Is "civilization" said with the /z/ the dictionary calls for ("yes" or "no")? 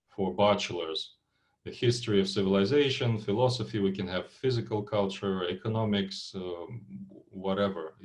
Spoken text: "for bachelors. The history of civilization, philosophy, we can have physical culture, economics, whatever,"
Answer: yes